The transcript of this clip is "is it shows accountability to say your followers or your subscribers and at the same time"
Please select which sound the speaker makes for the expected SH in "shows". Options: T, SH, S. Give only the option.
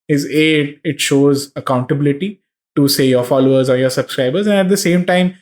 SH